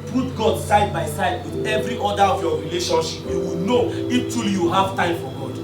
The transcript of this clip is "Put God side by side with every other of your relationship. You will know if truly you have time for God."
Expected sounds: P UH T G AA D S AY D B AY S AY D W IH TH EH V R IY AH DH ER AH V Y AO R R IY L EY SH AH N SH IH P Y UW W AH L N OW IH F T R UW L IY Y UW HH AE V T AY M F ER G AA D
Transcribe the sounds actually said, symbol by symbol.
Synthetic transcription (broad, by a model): P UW T G AA D S AY D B AY S AY D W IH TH EH V R IY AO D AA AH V Y AO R R IY L EY SH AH N SH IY P Y UW W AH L N OW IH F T UW L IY Y UW HH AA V T AY M F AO G AA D